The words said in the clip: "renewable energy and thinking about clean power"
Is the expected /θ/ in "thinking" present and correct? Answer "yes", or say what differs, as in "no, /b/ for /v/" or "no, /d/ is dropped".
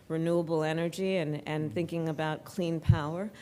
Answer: yes